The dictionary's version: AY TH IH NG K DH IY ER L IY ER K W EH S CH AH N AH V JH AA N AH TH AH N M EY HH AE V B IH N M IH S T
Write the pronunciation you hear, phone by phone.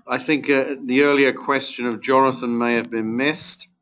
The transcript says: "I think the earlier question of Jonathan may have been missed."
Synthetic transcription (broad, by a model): AY TH IH NG K DH IY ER L IY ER K W EH S CH AH N AH V JH AA N AH TH AH N M EY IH V B IH N M IH S T